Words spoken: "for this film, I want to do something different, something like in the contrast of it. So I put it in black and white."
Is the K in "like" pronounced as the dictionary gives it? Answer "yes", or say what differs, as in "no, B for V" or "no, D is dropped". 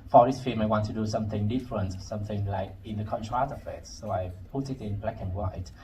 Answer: yes